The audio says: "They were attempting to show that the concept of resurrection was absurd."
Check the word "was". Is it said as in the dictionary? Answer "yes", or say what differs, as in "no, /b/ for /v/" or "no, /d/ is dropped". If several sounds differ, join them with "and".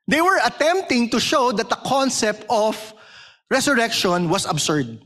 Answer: no, /s/ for /z/